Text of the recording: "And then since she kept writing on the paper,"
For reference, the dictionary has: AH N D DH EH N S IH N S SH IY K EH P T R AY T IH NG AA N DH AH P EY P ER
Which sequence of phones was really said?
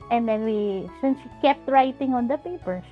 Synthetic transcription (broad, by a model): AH N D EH N S IH N S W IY K EH P T R AY T IH NG AA N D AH P EY P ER